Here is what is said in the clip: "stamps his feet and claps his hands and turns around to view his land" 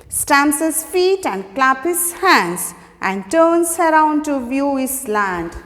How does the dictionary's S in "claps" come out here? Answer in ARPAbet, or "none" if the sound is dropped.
none